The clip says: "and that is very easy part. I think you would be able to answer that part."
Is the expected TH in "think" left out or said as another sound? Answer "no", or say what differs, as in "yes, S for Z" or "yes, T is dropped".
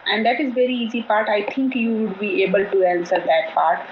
yes, T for TH